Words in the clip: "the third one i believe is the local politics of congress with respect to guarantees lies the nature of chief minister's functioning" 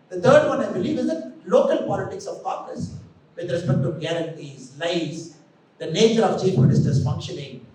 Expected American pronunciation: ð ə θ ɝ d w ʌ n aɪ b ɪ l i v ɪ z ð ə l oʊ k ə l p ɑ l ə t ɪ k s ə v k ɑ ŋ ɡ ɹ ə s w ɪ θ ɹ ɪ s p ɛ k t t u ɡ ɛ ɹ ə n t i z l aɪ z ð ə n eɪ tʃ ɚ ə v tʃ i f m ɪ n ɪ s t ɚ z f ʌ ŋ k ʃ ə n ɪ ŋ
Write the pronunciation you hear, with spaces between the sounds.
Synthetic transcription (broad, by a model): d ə t ɝ d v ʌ n aɪ b ɪ l i v ɪ z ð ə l oʊ k ə l p ɑ l ə t ɪ k s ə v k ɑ ɡ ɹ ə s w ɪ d ɹ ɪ s p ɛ k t t u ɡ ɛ ɹ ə n t i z l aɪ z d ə n eɪ tʃ ɚ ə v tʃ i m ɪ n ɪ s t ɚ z f ʌ ŋ k ʃ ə n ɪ ŋ